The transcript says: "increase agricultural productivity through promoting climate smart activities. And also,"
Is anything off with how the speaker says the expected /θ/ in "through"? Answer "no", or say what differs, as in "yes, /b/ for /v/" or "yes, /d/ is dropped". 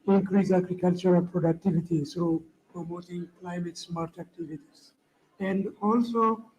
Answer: yes, /s/ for /θ/